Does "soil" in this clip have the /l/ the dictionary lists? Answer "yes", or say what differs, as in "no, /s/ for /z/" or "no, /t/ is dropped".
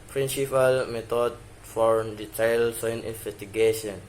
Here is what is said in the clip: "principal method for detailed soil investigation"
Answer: no, /n/ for /l/